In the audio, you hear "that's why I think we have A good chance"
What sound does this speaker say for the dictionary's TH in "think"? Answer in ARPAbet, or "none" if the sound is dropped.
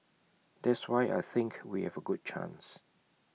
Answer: TH